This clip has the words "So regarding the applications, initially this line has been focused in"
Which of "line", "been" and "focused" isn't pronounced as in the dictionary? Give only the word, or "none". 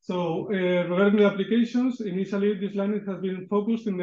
none